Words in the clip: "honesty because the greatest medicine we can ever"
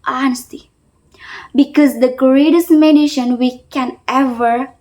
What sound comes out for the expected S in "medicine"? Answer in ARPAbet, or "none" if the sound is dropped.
SH